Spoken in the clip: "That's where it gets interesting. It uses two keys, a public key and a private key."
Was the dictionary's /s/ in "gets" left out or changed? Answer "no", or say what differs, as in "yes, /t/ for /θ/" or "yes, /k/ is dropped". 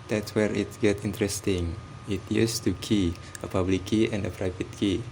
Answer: yes, /s/ is dropped